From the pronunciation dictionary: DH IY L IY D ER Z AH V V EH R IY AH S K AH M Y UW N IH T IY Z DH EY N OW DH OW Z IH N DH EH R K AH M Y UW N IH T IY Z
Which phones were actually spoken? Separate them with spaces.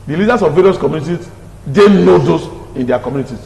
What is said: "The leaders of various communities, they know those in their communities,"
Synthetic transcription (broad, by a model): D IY L IY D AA S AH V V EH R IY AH S K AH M Y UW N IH T IY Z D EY N OW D OW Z IH N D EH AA K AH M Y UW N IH T IY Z